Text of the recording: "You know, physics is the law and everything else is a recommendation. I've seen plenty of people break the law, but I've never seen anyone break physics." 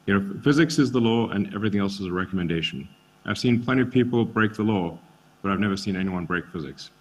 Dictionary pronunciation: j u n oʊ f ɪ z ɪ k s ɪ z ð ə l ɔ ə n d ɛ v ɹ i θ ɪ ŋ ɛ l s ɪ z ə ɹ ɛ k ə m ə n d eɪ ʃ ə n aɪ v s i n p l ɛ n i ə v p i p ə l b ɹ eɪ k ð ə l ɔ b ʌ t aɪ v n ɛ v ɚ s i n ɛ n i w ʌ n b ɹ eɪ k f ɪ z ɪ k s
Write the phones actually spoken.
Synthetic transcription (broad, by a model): j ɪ n oʊ f ɪ z ɪ k s ɪ z ð ə l ɔ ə n ɛ v ɹ i θ ɪ ŋ ɛ l s ɪ z ə ɹ ɛ k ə m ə n d eɪ ʃ n aɪ v s i n p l ɛ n i ə v p i p l b ɹ eɪ k ð ə l ɔ b ʌ t aɪ v n ɛ v ɚ s i n ɛ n i w ʌ n b ɹ eɪ k f ɪ z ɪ k s